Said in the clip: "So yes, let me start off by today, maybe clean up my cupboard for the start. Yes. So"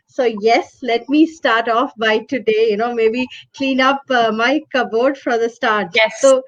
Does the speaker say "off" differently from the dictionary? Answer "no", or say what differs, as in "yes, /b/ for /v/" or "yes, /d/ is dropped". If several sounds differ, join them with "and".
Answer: no